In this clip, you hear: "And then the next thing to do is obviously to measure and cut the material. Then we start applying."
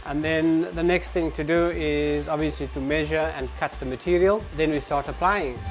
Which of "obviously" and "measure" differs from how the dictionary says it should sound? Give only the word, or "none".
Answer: none